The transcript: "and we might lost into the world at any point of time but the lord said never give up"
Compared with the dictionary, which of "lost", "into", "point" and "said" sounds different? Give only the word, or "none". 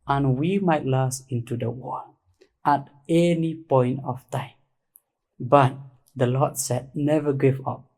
lost